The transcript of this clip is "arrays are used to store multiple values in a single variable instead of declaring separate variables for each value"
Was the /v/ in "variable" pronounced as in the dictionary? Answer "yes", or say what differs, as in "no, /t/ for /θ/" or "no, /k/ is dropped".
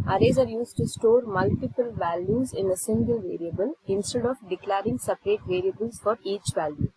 yes